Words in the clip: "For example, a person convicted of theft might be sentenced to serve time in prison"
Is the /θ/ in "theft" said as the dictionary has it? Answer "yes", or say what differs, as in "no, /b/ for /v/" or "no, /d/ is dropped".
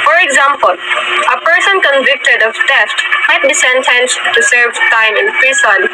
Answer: no, /t/ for /θ/